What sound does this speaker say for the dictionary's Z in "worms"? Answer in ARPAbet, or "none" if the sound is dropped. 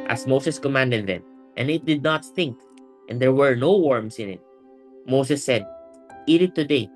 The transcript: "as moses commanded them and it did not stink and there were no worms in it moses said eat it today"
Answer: S